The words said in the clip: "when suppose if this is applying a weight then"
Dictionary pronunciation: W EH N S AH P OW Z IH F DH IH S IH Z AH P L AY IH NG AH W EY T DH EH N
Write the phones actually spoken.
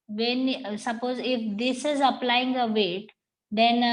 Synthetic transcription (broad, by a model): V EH N S AH P OW Z IH F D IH S IH Z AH P L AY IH NG AH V EY T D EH N